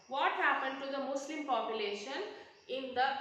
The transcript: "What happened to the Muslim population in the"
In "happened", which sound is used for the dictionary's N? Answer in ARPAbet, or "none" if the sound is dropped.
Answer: N